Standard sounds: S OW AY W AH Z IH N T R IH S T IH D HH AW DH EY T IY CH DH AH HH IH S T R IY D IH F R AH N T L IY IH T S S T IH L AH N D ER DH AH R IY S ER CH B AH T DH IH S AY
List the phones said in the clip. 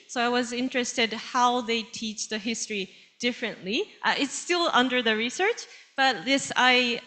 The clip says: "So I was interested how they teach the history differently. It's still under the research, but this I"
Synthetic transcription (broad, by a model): S OW AY W AH Z IH N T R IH S T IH D HH AW DH EY T IY CH DH AH HH IH S T R IY D IH F R AH N T L IY IH T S S T IH L AH N D ER DH AH R IY S ER CH B AH T DH IH S AY